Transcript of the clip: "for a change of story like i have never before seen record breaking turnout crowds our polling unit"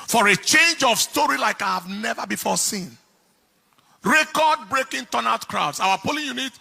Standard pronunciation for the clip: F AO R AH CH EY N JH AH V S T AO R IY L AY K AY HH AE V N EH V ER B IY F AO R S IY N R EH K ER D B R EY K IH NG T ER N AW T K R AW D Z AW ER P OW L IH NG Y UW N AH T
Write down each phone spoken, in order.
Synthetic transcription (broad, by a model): F AO R AH CH EY N JH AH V S T AO R IY L AY K AY HH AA V N EH V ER B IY F AO S IY N R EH K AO D B R EY K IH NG T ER N AW T K R AW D S AW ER P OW L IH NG Y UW N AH T